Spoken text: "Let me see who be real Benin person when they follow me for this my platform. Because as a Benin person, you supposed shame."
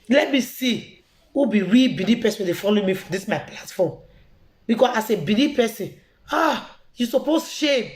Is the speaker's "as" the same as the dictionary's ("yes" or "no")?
no